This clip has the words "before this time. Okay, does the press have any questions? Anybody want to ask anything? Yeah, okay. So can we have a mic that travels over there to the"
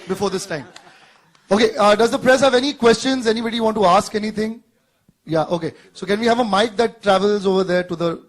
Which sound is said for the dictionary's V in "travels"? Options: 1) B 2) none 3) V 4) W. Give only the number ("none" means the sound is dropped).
3